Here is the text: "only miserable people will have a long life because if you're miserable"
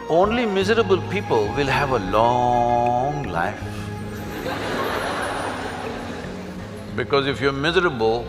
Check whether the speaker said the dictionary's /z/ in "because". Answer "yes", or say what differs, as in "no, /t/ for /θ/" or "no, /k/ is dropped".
yes